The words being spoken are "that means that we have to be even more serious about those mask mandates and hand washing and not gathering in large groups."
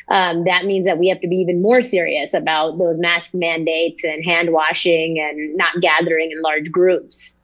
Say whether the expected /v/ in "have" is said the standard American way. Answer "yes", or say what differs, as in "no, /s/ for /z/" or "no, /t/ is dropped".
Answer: no, /f/ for /v/